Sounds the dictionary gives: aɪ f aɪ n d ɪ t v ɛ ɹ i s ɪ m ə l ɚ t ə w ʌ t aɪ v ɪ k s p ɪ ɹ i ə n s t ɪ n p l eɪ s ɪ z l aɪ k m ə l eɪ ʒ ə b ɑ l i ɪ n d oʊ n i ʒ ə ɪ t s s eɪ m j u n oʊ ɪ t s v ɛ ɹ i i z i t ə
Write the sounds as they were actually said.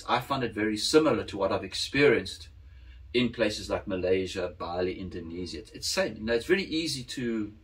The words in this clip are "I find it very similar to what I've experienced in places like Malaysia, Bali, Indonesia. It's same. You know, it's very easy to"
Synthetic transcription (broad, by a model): aɪ f aɪ n d ɪ t v ɛ ɹ i s ɪ m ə l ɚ t ə w ʌ t aɪ v ɪ k s p ɪ ɹ i ə n s t ɪ n p l eɪ s ɪ z l aɪ k m ə l eɪ ʒ ə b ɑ l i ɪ n d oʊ n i z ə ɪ t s s eɪ m j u n oʊ ɪ t s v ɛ ɹ i i z i t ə